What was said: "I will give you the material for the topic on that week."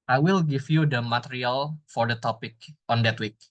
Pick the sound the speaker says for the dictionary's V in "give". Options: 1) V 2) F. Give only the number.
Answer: 2